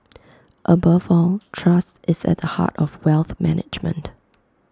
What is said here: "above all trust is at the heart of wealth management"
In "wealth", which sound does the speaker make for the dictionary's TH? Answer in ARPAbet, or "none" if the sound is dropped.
TH